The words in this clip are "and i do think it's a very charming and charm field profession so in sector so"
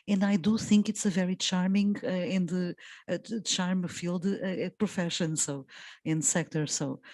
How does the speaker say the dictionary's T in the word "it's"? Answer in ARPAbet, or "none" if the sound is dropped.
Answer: T